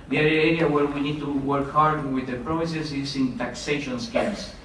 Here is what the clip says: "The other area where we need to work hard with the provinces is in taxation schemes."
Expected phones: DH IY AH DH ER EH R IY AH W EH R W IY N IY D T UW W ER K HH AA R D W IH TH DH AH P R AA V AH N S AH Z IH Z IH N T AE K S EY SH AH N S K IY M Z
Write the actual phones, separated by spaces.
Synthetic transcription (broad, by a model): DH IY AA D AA EH R IY AH W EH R W IY N IY D T UW W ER K HH AA R D W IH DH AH P R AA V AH S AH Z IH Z IH N T AE K S EY SH AH N S K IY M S